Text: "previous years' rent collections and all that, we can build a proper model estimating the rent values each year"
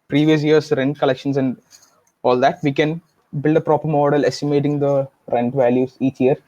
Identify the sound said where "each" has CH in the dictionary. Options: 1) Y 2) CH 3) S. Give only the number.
2